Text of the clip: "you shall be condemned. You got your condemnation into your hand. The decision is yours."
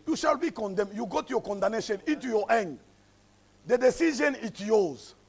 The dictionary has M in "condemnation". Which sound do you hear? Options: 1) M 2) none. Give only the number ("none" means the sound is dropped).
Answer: 2